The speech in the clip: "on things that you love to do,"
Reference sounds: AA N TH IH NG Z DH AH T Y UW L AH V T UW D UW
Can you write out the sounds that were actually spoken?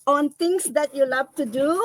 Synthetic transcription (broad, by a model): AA N T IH NG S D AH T Y UW L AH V T UW D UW